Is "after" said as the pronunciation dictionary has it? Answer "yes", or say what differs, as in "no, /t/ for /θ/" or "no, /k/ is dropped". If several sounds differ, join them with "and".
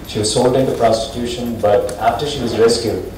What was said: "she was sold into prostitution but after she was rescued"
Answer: yes